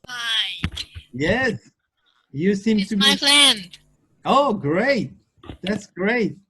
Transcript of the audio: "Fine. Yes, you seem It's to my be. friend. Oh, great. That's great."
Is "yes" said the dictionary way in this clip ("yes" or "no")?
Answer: yes